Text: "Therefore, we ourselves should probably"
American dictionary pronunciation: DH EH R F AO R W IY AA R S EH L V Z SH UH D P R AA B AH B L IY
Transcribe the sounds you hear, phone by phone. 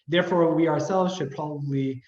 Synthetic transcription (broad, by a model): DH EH R F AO R W IY AA R S EH L V Z SH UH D P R AA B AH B L IY